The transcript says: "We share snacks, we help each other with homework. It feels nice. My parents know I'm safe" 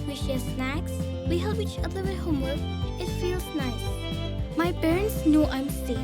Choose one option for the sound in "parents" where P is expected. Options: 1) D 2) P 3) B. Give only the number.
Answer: 3